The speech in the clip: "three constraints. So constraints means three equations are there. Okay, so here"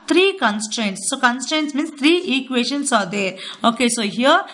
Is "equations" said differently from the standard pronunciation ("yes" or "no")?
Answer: yes